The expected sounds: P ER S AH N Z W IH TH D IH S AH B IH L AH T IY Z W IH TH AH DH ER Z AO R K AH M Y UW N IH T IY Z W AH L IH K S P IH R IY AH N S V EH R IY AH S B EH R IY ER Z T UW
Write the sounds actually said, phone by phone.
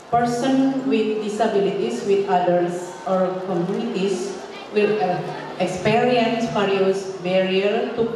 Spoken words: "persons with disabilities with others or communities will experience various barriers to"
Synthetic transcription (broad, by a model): P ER S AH N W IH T D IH S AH B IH L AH T IY S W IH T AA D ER S AO R K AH M Y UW N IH T IY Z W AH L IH K S P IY R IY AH N S F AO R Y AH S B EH R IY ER T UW